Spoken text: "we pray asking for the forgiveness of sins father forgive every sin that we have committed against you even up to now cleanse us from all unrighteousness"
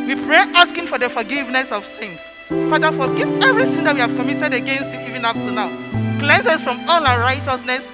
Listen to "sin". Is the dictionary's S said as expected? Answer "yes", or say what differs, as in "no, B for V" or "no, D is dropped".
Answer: no, TH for S